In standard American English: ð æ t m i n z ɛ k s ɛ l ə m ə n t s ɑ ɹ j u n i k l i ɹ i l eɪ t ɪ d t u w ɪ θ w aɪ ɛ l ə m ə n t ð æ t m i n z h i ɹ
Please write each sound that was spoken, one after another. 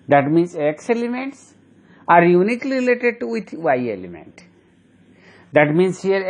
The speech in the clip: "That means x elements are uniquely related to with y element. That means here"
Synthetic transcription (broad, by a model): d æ t m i n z ɛ k s ɛ l ə m ə n t s ɑ ɹ j u n i k l i ɹ i l eɪ t ɪ d t u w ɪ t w aɪ ɛ l ə m ə n t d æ t m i n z h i ɹ